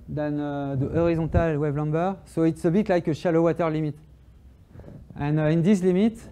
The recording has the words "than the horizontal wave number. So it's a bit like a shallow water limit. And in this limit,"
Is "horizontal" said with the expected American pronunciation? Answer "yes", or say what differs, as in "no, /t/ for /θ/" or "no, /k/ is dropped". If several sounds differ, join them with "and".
no, /n/ is dropped